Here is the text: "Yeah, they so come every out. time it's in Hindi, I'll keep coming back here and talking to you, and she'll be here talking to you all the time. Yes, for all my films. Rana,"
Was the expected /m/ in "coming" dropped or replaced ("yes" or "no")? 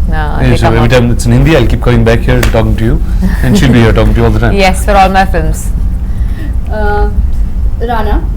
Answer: yes